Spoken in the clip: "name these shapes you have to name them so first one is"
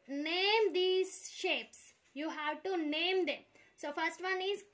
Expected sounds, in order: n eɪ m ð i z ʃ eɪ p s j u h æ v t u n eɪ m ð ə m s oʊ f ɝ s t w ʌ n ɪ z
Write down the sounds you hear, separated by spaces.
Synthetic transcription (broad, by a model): n eɪ m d i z ʃ eɪ p s j u h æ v t u n eɪ m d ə m s oʊ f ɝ s t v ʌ n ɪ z